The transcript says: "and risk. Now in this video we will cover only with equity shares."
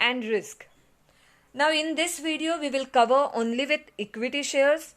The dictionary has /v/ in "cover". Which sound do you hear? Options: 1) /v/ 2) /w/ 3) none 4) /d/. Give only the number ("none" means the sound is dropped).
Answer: 1